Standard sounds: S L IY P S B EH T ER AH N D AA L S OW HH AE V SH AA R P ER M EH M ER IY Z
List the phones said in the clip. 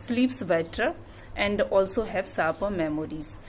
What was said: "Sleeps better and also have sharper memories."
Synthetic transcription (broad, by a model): S L IY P S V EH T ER AH N D AA L S OW HH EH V S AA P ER M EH M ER IY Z